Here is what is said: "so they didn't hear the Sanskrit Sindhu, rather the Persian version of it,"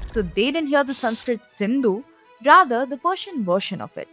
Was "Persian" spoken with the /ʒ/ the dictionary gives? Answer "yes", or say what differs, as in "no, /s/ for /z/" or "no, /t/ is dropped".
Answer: no, /ʃ/ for /ʒ/